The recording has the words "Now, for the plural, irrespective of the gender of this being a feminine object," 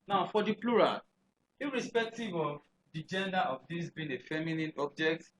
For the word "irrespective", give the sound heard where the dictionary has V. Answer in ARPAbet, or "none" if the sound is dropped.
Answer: V